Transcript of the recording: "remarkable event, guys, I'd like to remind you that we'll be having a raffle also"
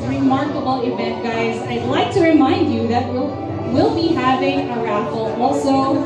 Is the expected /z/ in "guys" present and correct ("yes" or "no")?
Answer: yes